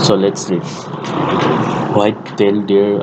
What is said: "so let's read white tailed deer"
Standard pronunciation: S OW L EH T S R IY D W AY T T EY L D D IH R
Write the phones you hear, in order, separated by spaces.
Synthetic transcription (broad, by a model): S OW L EH T S L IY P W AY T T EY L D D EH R